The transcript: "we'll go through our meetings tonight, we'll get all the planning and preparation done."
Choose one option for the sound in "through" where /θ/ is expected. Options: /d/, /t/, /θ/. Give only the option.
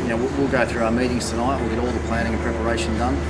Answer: /θ/